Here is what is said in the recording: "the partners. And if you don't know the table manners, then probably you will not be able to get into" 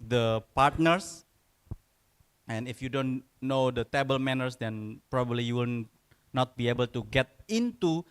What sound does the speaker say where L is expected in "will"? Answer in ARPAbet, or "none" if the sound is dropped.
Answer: N